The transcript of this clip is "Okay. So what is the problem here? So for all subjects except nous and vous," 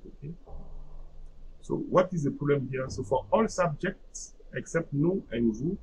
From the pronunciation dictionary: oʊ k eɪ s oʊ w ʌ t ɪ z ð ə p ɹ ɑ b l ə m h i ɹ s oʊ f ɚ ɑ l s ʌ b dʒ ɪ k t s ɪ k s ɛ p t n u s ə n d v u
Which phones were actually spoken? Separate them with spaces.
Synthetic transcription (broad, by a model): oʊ k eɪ s oʊ w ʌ t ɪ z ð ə p ɹ ɑ b l ə m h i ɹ s oʊ f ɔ ɑ l s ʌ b dʒ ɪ k t s ɪ k s ɛ p t n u ə n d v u